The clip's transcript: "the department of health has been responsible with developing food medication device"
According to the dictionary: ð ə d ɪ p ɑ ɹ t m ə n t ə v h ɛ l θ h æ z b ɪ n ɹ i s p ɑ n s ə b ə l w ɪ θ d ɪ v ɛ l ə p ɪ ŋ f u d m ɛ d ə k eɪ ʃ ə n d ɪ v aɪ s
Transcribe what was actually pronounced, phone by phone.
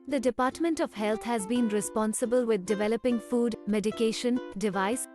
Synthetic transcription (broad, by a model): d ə d ɪ p ɑ ɹ t m ə n t ə v h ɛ l t h æ z b ɪ n ɹ i s p ɑ n s ə b ə l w ɪ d d ɪ v ɛ l ə p ɪ ŋ f u d m ɛ d ə k eɪ ʃ ə n d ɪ v aɪ s